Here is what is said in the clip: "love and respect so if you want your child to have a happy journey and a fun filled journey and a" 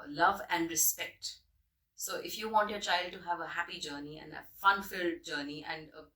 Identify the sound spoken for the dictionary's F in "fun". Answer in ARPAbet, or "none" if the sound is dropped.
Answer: F